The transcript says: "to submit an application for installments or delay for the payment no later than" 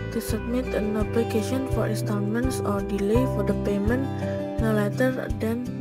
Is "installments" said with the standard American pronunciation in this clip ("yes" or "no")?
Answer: no